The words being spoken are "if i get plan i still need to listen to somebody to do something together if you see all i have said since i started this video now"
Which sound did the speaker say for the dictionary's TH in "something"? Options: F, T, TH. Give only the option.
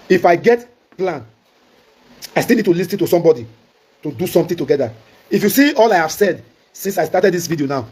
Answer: T